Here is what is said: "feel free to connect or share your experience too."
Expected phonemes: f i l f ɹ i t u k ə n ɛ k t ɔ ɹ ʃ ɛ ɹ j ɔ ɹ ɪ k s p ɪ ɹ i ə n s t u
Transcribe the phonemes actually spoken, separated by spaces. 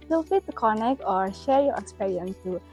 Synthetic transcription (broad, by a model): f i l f i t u k ə n ɛ k t ɔ ɹ ʃ ɛ ɹ j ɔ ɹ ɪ k s p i ɹ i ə n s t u